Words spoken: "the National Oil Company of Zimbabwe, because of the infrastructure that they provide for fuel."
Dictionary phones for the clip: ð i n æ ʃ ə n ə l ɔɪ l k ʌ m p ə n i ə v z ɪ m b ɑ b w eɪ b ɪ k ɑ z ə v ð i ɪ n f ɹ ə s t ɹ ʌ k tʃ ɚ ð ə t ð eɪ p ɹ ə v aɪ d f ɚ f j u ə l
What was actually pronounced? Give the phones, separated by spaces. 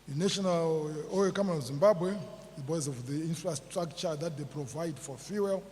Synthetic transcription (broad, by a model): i n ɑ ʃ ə n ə l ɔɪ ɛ k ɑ m ə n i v z ɪ m b ɑ b w eɪ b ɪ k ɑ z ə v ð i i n f ɹ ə s t ɹ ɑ k tʃ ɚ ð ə t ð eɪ p ɹ ə v aɪ d f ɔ f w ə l